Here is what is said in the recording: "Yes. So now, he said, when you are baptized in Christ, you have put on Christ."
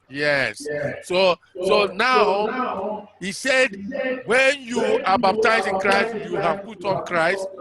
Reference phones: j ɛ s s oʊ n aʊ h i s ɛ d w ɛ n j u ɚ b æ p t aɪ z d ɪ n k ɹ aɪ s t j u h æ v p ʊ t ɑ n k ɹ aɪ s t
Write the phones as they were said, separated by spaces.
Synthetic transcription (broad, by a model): j ɛ s s oʊ n aʊ h i s ɛ d w ɛ n j u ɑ b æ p t aɪ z ɪ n k ɹ aɪ s t j u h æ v p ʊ t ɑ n k ɹ aɪ s t